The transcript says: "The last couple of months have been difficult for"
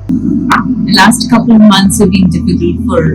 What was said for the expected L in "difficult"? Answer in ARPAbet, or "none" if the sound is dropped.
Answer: none